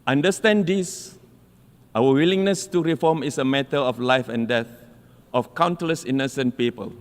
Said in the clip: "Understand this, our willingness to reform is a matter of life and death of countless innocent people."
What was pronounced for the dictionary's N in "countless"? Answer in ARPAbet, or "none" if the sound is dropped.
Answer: N